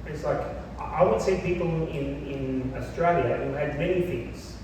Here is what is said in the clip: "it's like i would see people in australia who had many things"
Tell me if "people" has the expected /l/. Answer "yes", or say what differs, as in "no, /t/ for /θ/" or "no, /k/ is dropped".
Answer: no, /n/ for /l/